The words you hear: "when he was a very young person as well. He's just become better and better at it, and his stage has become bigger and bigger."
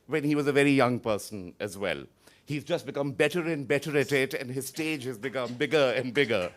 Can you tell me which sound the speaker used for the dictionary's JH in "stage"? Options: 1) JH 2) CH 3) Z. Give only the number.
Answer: 1